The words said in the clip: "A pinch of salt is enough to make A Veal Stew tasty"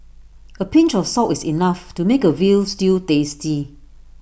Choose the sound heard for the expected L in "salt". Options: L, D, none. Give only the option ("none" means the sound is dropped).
none